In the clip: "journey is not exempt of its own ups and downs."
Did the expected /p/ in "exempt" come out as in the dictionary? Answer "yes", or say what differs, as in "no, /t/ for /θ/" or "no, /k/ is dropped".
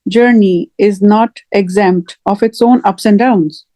yes